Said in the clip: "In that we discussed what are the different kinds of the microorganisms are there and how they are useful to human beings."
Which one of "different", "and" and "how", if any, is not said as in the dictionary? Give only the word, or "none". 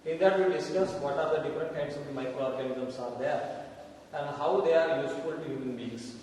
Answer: none